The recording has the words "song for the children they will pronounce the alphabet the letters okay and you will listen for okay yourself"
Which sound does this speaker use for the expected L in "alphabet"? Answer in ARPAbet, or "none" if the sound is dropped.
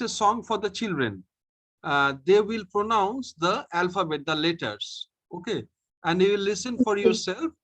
L